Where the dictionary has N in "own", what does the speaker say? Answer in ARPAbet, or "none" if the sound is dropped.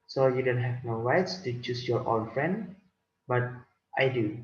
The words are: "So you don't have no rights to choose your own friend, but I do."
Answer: L